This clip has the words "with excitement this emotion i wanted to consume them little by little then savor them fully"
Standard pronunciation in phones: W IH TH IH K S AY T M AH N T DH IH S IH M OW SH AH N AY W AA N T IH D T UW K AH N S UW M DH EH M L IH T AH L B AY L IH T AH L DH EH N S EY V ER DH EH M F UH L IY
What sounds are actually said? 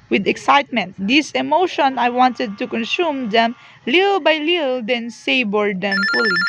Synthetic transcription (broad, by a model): W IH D IH K S AY T M AH N T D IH S IH M OW SH AH N AY W AA N T IH D T UW K AH N S UW M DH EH M L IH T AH L B AY L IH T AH L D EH N S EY B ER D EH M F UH L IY